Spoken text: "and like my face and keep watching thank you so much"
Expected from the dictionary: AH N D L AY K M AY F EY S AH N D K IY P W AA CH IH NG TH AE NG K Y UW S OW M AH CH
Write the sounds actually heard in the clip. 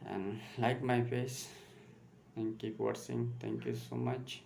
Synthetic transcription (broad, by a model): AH N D L AY K M AY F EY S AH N K IY P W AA S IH NG T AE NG K Y UW S OW M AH CH